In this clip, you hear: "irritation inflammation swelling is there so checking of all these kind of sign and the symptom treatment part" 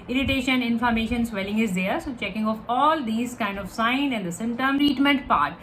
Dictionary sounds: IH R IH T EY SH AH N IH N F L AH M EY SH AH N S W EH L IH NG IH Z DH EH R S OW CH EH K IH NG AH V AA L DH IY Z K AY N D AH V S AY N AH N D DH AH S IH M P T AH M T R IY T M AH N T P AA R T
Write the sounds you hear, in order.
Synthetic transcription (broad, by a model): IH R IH T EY SH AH N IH N F AH M EY SH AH N S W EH L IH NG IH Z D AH R S OW CH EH K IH NG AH F AA L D IY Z K AY N D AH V S AY N AH N D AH S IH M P T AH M T R IY T M AH N T P AA R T